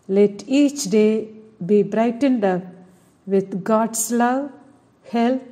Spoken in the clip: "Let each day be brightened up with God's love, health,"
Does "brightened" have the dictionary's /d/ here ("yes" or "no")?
yes